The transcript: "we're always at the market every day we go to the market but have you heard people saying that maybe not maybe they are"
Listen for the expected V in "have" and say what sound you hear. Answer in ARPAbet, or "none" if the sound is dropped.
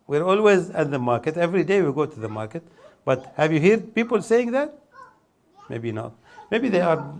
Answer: V